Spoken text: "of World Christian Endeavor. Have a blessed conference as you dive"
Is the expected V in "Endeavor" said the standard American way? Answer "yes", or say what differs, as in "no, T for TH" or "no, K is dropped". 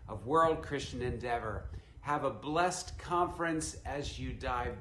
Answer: yes